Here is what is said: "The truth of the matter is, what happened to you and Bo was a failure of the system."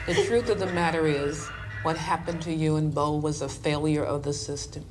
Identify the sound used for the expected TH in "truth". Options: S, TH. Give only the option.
TH